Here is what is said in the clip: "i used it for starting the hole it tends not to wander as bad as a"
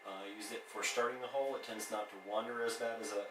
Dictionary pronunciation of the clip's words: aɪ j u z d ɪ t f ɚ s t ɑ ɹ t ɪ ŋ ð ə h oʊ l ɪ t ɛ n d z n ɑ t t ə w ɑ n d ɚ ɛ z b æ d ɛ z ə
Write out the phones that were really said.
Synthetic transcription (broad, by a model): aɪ j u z ɪ t f ɚ s t ɑ ɹ t ɪ ŋ ð ə h oʊ l ɪ t ɛ n d z n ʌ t t ə w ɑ n d ɚ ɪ z b æ d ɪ z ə